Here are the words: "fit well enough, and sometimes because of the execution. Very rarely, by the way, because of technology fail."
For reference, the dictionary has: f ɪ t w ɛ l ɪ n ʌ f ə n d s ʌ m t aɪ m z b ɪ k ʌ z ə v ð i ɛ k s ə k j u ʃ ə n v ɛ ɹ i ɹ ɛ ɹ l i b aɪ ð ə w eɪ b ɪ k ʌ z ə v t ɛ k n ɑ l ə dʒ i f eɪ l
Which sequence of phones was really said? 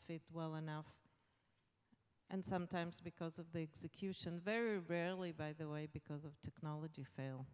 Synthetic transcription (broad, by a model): f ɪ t w ɛ l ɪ n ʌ f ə n s ʌ m t aɪ m z b ɪ k ʌ z ə v ð i ɛ k s ə k j u ʃ ə n v ɛ ɹ i ɹ ɛ ɹ l i b aɪ ð ə w eɪ b ɪ k ʌ z ə v t ɛ k n ɑ l ə dʒ i f eɪ l